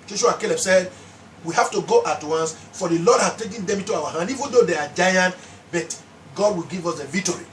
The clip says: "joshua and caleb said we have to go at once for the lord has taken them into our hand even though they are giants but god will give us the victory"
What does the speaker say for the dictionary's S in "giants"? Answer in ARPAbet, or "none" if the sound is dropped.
none